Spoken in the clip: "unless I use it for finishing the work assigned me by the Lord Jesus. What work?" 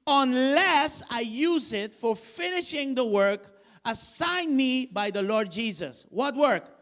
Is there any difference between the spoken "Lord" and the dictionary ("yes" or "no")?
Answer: no